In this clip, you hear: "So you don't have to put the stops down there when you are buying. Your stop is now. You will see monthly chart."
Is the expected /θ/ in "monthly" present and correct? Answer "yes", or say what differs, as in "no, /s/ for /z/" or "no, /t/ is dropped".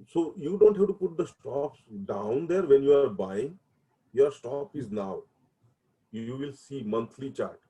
no, /t/ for /θ/